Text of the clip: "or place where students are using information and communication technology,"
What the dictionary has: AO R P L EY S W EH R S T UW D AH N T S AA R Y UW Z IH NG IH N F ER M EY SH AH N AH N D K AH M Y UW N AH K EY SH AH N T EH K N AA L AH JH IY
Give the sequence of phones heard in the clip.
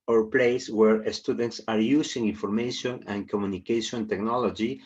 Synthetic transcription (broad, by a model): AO R P L EY S W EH R S T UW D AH N T S AA R Y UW S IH NG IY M F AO M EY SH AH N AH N K AH M Y UW N AH K EY SH AH N T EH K N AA L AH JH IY